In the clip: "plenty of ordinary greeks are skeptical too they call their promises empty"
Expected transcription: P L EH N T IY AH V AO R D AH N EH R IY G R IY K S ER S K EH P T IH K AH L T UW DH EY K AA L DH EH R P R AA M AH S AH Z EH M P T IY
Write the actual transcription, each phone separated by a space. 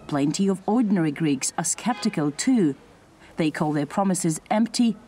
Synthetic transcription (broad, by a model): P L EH N T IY AH V AO R D N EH R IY G R IY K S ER S K EH P T IH K AH L T UW DH EY K AA L DH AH R P R AA M AH S AH Z EH M P T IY